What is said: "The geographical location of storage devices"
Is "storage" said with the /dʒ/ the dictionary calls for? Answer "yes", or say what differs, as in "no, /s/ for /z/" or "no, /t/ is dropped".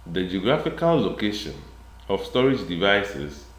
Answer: yes